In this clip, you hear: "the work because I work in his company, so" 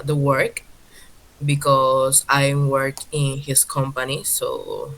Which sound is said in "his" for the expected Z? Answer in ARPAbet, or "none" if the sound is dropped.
S